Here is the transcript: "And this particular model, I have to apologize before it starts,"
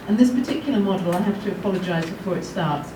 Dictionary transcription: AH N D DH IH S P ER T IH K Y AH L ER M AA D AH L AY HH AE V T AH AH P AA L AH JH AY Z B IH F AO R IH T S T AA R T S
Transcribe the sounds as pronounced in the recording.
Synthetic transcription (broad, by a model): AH N DH IH S P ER T IH K Y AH L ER M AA D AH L AY HH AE F T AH AH P AA L AH JH AY Z B IH F AO R IH T S T AA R T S